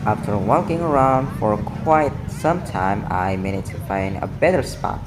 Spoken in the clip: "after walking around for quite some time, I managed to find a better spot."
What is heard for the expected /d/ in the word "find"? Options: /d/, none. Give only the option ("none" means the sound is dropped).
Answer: /d/